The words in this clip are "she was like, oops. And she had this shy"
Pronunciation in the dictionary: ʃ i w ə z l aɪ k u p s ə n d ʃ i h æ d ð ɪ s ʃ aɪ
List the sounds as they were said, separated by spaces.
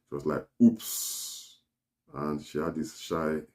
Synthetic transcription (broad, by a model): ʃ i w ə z l aɪ k u p s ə n ʃ i h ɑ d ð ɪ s ʃ aɪ